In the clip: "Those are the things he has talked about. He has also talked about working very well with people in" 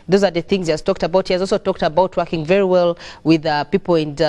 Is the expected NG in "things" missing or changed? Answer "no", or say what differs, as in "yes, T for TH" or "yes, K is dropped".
no